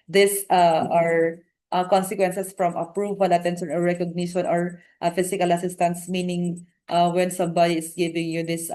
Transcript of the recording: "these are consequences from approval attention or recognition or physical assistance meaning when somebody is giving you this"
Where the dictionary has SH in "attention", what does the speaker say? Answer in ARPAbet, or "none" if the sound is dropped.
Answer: S